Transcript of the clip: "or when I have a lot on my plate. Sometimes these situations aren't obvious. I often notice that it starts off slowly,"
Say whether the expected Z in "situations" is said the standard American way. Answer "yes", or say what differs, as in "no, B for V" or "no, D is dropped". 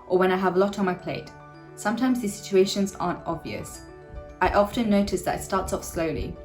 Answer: yes